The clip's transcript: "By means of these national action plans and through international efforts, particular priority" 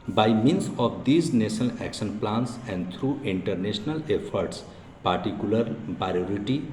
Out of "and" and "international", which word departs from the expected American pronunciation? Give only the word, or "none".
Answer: international